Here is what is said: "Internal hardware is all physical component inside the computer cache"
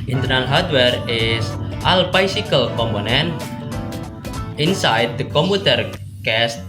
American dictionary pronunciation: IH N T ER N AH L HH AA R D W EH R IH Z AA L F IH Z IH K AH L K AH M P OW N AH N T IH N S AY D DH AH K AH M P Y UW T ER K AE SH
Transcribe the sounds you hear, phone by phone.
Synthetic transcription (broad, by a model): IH N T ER N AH L HH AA R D W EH R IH S AA L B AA S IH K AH L K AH M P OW N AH N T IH N S AY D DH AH K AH M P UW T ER K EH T